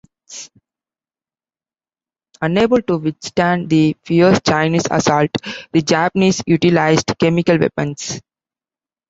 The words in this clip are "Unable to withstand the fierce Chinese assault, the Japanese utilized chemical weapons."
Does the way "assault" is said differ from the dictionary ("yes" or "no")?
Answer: no